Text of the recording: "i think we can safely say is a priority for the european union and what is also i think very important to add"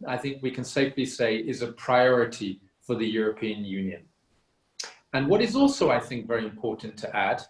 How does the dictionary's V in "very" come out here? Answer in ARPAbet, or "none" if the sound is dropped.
V